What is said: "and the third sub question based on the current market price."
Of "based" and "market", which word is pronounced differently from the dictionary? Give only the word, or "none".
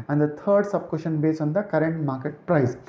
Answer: based